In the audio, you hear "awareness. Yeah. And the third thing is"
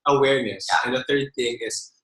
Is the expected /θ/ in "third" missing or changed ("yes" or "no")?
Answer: no